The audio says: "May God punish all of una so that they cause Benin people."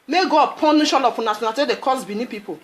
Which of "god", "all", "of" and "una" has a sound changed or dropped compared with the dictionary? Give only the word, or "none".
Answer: of